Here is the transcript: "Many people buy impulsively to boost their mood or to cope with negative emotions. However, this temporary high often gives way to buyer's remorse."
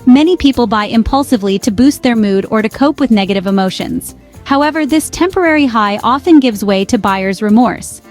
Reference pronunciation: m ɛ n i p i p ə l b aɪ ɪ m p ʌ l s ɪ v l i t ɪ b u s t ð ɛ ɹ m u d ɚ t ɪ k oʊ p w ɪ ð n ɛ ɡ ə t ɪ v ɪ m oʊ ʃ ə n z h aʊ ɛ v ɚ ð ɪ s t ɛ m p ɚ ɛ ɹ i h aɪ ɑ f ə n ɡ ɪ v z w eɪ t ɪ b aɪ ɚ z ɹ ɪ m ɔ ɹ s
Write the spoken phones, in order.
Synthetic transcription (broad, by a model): m ɛ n i p i p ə l b aɪ ɪ m p ʌ l s ɪ v l i t ɪ b u s t ð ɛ ɹ m u d ɚ t ɪ k oʊ p w ɪ ð n ɛ ɡ ə t ɪ v ɪ m oʊ ʃ ə n z h aʊ ɛ v ɚ ð ɪ s t ɛ m p ɚ ɛ ɹ i h aɪ ɑ f ə n ɡ ɪ v z w eɪ t ɪ b aɪ ɚ z ɹ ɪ m ɔ ɹ s